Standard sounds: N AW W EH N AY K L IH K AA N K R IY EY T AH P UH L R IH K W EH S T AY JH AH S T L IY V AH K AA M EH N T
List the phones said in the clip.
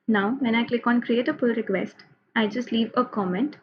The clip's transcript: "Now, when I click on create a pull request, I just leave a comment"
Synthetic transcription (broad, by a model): N AW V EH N AY K L IH K AA N K R IY EY T AH F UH L R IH K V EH S T AY JH AH S T L IY V AH K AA M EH N T